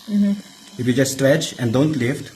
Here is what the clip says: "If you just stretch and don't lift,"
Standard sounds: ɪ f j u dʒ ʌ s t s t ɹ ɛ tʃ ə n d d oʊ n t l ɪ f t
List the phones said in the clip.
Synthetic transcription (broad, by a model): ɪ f j u dʒ ʌ s t s t ɹ ɛ tʃ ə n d d oʊ n t l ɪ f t